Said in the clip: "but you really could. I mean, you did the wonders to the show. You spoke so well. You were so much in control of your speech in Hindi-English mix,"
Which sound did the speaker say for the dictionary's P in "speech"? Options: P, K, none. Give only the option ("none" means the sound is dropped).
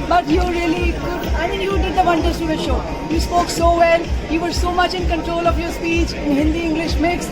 P